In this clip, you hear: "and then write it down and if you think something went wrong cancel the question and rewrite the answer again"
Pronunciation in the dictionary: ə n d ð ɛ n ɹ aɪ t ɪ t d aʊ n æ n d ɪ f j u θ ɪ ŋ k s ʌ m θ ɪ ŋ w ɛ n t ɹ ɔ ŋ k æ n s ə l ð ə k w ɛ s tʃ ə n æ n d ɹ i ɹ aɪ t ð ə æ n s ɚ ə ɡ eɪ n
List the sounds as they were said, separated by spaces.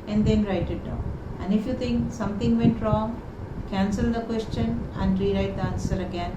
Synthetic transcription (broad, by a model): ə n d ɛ n ɹ aɪ t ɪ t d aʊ æ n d ɪ f j u t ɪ ŋ k s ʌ m t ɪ ŋ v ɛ n t ɹ ɔ ŋ k æ n s ə l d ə k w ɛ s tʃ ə n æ n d ɹ i ɹ aɪ t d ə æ n s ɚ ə ɡ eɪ n